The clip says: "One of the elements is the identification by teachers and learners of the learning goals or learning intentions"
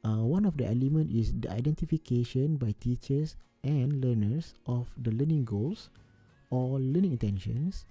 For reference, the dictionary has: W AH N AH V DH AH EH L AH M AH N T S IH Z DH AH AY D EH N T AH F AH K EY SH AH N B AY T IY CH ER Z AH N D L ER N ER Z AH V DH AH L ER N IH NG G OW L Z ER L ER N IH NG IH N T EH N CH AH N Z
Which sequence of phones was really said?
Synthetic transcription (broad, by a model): W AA N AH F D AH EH L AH M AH N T IH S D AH AY D EH N T AH F AH K EY SH AH N B AY T IY CH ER S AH N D L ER N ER S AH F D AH L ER N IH NG G OW L S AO L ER N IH NG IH N T EH N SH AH N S